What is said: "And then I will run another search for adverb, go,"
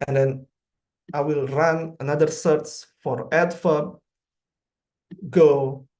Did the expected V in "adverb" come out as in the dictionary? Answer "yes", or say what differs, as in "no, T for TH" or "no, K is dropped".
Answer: no, F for V